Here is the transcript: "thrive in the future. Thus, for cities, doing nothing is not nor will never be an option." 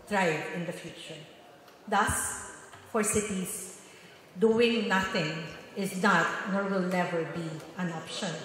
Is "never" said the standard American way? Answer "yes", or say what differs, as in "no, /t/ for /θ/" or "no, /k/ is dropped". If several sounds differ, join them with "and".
no, /l/ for /n/